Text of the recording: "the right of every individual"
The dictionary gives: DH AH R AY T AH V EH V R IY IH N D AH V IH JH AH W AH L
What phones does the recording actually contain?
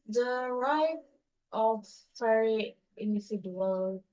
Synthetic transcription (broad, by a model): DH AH R AY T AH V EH R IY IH N D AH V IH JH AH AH L